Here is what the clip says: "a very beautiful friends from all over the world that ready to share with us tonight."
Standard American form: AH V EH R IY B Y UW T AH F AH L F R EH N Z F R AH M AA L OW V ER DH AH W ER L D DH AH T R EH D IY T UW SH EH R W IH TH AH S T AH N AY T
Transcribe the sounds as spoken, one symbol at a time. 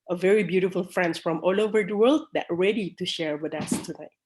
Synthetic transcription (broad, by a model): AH V EH R IY B Y UW T AH F AH L F R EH N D F R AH M AA L OW V ER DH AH W ER L D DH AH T R EH D IY T UW SH EH R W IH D AH S T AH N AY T